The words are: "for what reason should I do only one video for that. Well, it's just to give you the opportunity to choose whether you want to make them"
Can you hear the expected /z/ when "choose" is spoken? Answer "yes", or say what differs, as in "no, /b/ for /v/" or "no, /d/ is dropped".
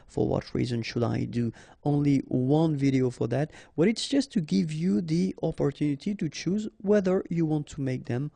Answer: yes